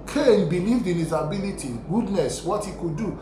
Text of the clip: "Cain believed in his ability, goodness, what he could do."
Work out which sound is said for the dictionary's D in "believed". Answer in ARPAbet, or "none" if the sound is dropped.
D